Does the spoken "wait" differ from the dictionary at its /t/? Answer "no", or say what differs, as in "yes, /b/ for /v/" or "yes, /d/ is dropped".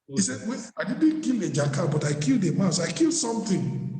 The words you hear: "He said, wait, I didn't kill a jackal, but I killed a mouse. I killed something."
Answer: yes, /t/ is dropped